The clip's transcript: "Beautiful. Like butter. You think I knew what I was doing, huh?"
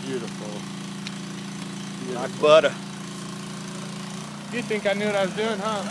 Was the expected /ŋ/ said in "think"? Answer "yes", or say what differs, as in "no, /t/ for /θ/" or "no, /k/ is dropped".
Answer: yes